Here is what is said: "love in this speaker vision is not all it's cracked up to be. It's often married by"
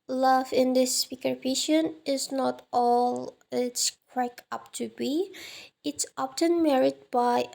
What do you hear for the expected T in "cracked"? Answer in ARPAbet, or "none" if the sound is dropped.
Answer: none